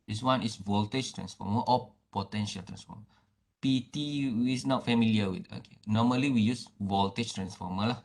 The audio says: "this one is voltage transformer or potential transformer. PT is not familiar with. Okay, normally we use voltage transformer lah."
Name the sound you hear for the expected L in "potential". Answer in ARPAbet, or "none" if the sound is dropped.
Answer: L